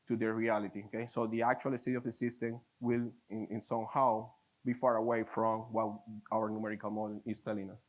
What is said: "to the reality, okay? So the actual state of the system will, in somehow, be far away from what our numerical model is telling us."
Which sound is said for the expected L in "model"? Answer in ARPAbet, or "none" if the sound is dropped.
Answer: N